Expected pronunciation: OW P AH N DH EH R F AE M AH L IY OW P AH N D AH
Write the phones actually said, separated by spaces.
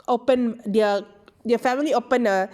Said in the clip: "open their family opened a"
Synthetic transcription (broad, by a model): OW P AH N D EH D F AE M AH L IY OW P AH N AH